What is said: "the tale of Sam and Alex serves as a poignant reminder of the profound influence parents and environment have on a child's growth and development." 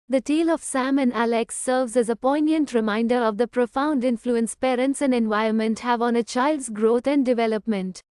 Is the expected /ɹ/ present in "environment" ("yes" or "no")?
no